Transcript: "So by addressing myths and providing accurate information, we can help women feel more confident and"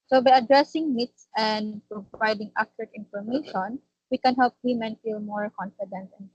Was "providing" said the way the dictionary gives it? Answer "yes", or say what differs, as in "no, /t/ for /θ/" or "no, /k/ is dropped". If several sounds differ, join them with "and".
no, /v/ is dropped